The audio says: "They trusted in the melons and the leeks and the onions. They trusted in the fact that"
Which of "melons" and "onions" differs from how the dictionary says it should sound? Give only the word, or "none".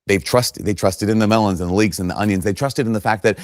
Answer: none